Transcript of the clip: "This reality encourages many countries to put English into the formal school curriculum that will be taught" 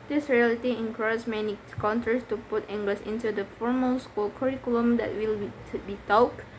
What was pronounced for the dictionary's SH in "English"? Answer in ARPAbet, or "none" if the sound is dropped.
S